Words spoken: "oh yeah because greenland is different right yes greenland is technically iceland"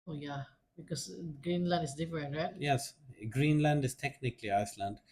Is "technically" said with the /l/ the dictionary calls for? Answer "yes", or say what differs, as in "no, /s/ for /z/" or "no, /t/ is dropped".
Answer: yes